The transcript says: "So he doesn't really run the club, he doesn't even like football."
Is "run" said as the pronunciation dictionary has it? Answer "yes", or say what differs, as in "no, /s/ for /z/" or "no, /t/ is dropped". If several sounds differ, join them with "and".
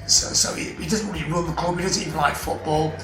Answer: no, /l/ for /n/